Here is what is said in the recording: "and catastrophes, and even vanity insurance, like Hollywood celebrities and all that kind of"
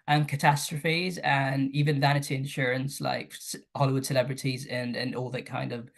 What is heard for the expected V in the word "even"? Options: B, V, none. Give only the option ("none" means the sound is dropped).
V